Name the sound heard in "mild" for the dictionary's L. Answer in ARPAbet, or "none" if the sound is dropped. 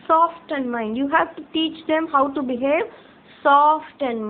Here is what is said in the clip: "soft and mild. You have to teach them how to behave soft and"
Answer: N